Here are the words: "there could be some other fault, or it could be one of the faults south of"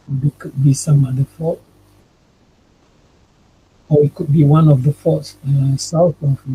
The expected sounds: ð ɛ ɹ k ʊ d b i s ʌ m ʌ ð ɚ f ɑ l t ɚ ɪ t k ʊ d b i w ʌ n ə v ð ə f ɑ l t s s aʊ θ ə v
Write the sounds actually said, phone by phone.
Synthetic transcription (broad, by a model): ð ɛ k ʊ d b i s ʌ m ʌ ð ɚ f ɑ t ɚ ɪ t k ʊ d b i w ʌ n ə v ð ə f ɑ t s s aʊ θ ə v